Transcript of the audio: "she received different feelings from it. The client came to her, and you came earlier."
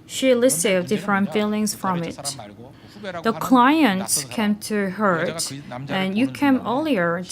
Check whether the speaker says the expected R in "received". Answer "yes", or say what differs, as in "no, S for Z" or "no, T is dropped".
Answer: no, L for R